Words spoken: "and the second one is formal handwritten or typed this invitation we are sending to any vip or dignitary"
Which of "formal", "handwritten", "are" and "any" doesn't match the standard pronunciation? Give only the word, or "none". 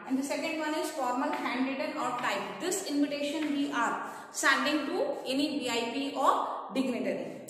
handwritten